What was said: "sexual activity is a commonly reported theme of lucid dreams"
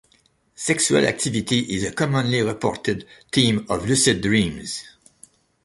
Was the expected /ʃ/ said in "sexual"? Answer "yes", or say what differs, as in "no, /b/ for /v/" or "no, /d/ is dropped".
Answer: no, /s/ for /ʃ/